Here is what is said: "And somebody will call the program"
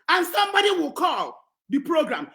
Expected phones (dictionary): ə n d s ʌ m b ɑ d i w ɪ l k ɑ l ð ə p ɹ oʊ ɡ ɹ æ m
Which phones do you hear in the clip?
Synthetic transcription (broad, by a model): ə n s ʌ m b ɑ d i w ɪ l k ɑ l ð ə p ɹ oʊ ɡ ɹ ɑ m